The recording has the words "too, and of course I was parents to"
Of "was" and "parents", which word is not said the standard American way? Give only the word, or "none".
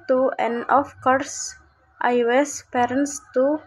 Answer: was